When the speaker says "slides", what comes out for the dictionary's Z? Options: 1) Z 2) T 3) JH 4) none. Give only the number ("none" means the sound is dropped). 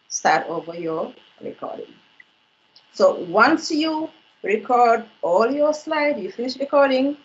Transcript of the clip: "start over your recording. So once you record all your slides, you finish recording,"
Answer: 4